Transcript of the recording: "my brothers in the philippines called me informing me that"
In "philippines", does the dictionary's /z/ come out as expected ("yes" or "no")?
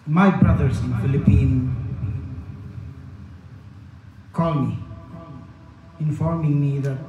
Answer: no